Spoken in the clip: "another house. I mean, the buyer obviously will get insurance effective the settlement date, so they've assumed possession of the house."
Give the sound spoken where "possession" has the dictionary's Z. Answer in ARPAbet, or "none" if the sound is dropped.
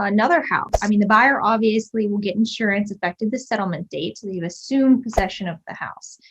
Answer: Z